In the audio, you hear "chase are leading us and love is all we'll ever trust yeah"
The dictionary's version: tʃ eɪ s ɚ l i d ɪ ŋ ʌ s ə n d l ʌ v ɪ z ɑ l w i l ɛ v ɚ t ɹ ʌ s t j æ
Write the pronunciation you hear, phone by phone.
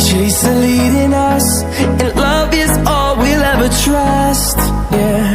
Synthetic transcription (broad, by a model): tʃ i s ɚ l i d ɪ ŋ ʌ s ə n l ʌ v ɪ z ɑ l w i l ɛ v ɚ t ɹ ʌ s t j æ